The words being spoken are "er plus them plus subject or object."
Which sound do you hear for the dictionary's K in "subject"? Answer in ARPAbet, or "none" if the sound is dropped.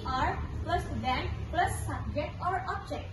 none